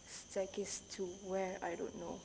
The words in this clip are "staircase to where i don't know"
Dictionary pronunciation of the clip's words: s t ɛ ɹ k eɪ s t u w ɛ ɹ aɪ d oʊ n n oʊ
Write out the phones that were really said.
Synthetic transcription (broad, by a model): s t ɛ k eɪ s t u w ɛ ɹ aɪ d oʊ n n oʊ